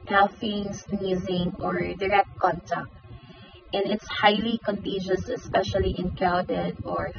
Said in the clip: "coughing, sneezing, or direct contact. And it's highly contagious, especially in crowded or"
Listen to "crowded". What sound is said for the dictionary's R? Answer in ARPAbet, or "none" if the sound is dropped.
none